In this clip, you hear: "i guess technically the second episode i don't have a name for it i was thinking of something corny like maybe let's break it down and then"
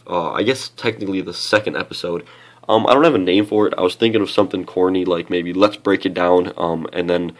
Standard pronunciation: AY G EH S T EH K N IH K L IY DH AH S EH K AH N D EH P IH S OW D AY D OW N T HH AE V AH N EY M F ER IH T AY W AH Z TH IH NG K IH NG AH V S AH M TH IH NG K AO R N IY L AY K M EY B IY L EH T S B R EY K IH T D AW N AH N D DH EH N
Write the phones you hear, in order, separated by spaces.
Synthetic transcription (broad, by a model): AY G EH S T EH K N IH K L IY DH AH S EH K AH N D EH P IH S OW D AY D OW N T HH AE V AH N EY M F ER IH T AY W AH Z TH IH NG K IH NG AH V S AH M TH IH NG K AO R N IY L AY K M EY B IY L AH T S B R EY K IH T D AW N AH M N DH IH N